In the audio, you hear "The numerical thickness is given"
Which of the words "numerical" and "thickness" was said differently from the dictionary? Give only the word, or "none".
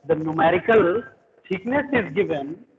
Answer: thickness